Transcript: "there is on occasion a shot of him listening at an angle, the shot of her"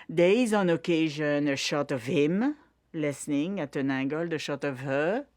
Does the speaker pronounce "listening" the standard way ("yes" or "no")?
yes